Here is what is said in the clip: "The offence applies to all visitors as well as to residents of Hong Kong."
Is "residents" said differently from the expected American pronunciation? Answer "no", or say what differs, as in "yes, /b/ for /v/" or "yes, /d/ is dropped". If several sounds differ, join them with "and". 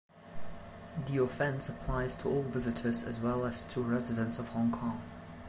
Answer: no